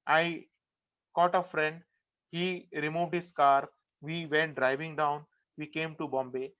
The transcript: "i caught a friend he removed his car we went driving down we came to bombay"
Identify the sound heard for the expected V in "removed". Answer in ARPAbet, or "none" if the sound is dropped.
V